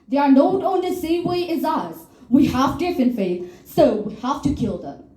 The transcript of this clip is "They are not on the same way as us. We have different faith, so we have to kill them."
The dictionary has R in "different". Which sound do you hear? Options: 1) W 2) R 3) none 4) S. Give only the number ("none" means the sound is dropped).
3